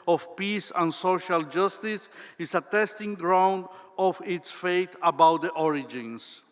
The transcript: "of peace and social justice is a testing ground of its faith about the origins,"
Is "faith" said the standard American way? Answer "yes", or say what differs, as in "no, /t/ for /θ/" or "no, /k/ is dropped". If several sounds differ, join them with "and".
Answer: no, /t/ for /θ/